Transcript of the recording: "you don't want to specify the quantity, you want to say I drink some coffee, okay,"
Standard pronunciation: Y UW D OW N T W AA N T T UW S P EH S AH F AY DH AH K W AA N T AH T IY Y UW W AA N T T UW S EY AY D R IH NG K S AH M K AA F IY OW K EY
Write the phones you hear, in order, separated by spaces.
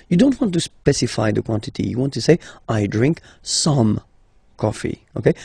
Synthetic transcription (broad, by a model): Y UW D OW N T W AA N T T UW S P EH S AH F AY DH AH K W AA N T AH T IY Y UW W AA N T T UW S EY AY D R IH NG K S AH M K AA F IY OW K EY